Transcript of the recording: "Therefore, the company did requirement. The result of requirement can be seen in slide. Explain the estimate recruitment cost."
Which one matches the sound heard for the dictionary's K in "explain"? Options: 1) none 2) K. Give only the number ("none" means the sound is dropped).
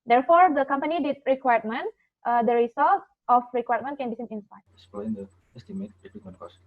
1